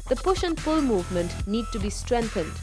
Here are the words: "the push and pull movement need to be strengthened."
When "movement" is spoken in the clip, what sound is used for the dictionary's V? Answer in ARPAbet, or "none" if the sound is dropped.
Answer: V